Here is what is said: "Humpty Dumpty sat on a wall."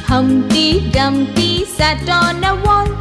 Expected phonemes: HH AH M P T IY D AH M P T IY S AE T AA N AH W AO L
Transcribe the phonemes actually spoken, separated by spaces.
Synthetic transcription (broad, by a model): HH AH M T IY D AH M T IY S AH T AA N AH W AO